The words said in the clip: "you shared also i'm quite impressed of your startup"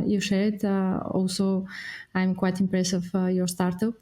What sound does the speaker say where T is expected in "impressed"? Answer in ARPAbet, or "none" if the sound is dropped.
none